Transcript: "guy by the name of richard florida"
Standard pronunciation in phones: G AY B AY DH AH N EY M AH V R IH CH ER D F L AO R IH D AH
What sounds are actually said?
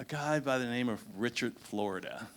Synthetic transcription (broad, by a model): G AY B AY DH AH N EY M AH V R IH CH ER D F L AO R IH D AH